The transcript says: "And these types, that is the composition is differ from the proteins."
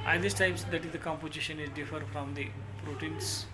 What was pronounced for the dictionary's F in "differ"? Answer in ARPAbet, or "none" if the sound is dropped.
F